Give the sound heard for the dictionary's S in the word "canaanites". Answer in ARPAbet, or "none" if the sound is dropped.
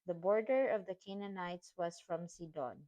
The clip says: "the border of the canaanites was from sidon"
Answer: S